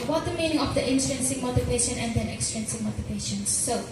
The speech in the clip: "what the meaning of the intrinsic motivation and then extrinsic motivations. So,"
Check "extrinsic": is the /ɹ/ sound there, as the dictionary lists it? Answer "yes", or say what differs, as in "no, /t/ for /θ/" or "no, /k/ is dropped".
no, /ɹ/ is dropped